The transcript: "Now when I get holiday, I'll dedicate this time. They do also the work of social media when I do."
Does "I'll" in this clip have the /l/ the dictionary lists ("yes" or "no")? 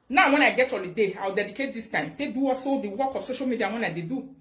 no